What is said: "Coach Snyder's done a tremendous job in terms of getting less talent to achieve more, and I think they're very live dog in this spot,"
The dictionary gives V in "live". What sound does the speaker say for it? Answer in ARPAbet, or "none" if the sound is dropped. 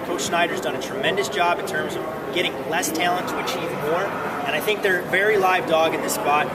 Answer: V